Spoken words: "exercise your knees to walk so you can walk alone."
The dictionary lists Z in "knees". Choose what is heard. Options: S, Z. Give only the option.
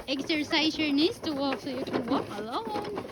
S